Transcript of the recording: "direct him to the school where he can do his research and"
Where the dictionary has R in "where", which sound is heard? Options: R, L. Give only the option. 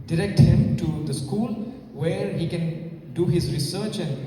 R